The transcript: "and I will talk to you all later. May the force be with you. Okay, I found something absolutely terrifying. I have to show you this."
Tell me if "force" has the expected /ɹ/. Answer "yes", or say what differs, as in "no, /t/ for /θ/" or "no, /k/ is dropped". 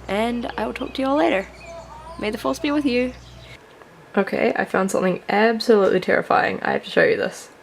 no, /l/ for /ɹ/